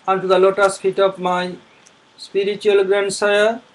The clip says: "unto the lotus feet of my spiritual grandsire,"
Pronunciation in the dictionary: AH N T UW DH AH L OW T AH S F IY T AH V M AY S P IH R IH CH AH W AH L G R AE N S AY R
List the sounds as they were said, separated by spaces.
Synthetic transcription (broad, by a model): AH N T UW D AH L OW T AH S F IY T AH P M AY S P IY R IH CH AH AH L G R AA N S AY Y